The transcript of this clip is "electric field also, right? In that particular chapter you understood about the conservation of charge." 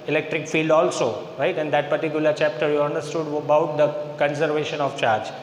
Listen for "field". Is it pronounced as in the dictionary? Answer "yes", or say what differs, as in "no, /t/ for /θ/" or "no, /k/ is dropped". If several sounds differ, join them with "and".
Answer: yes